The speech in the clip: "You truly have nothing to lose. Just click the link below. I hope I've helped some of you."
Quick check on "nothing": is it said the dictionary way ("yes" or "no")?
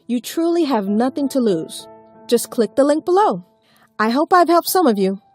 yes